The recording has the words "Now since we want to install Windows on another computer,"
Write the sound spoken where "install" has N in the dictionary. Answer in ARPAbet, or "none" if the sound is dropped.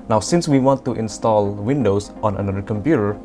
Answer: N